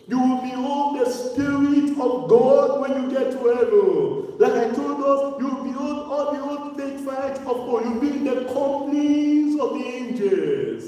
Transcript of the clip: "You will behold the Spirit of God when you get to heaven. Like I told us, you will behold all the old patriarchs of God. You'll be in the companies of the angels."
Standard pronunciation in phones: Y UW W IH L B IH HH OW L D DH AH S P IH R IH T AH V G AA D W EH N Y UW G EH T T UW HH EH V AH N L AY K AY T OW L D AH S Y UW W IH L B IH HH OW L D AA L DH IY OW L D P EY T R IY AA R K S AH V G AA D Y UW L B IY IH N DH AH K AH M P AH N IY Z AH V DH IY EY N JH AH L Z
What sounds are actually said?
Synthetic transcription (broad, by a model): Y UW W IH L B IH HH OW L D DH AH S P IH R IH T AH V G AA D W EH N Y UW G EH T T UW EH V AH L L AY K AY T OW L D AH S Y UW W IH L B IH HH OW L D AA L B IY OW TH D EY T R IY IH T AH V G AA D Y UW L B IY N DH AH K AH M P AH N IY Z AH V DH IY EY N JH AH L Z